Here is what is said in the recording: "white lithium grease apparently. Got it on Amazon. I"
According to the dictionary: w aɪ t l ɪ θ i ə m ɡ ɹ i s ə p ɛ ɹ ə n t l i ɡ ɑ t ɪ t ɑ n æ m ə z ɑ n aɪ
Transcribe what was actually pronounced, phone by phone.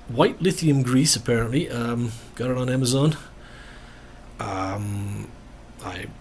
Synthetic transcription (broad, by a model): w aɪ t l ɪ θ i ə m ɡ ɹ i s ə p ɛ ɹ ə n t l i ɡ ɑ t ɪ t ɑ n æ m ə z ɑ n aɪ